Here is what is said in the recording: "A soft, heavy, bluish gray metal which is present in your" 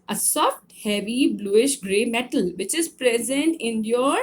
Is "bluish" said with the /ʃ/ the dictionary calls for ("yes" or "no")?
yes